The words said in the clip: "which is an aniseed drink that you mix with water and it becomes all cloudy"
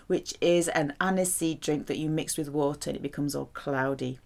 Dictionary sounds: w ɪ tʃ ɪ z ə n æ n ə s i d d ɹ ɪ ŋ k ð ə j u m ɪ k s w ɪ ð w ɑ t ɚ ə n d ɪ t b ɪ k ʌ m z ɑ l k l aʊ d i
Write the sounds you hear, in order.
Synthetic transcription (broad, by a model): w ɪ tʃ ɪ z ə n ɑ n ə s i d d ɹ ɪ ŋ k ð ə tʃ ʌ m ɪ k s w ɪ ð w ɑ t ɚ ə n ɪ t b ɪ k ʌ m z ɑ l k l aʊ d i